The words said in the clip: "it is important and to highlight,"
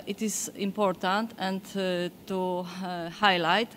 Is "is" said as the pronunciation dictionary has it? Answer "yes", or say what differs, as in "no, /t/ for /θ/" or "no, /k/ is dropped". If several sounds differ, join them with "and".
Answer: no, /s/ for /z/